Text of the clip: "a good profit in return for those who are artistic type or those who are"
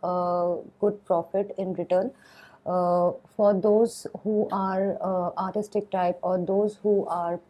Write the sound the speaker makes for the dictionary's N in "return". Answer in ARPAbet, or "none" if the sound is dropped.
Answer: N